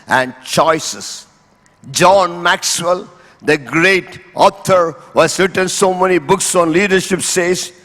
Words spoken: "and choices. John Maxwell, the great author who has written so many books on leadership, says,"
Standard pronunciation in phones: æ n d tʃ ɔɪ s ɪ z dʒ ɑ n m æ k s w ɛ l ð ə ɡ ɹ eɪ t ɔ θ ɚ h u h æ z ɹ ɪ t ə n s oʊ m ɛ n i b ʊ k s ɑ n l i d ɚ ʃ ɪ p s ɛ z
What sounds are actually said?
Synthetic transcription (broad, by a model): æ n d tʃ ɔɪ s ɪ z dʒ ɑ n m æ k s w ɛ l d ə ɡ ɹ eɪ t ɔ t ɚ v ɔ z ɹ ɪ t ə n s oʊ m ɛ n i b ʊ k s ɑ n l i d ɚ ʃ ɪ p s ɛ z